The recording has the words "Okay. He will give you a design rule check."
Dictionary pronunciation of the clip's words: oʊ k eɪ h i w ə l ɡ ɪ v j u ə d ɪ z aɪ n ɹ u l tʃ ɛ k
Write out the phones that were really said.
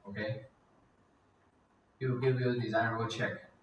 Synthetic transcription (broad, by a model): oʊ k eɪ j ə ɡ ɪ v j u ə d ɪ z aɪ n w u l tʃ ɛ k